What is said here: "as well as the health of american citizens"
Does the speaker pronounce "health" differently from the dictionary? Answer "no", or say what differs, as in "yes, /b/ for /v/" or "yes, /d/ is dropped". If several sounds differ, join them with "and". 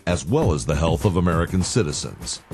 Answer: no